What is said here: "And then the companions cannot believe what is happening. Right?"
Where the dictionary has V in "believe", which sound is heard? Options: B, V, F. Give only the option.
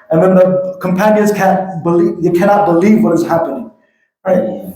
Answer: V